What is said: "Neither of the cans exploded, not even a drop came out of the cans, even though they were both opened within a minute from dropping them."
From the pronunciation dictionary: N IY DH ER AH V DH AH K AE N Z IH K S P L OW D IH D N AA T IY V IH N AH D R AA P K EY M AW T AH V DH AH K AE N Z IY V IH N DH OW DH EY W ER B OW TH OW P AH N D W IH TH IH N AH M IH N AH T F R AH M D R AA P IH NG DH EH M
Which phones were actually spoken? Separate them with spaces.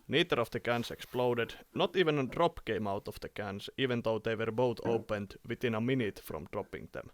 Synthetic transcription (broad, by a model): N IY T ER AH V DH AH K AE N S IH K S P L OW D IH D N AA T IY V IH N AH D R AA P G EY M AW T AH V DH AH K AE N S IY V IH N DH OW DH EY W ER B OW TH OW P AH N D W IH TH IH N AH M IH N AH T F R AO M D R AA P IH NG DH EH M